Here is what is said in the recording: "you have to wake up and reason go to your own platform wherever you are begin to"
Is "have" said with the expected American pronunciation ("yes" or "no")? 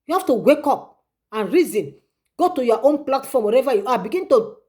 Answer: no